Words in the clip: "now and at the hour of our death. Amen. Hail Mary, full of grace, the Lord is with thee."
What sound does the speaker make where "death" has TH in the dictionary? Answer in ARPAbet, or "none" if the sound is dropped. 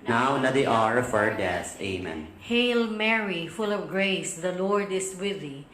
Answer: S